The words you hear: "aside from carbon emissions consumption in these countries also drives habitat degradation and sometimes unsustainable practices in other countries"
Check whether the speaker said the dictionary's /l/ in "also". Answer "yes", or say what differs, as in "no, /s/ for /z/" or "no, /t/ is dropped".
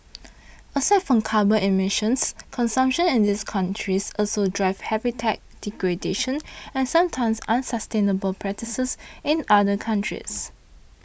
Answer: yes